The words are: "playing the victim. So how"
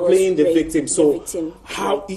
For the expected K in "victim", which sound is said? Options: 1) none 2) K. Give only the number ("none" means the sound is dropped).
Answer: 2